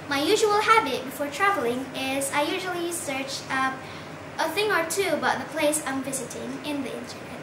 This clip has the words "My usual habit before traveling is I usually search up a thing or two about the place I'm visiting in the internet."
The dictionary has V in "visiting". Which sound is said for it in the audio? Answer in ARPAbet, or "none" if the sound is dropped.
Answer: V